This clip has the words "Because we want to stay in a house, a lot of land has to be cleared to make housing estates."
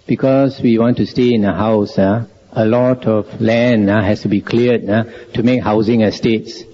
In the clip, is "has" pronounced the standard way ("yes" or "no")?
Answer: no